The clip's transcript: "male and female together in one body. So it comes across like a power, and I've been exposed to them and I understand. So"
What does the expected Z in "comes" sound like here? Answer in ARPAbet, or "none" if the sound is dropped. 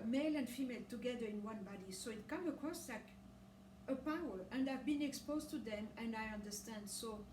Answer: none